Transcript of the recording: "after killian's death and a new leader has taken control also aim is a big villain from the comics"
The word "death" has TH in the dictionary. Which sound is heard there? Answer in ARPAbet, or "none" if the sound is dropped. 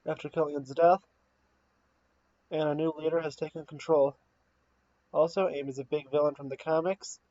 TH